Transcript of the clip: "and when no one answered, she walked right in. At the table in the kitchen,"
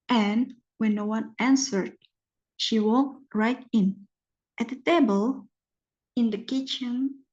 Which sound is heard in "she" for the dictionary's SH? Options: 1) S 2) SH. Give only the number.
2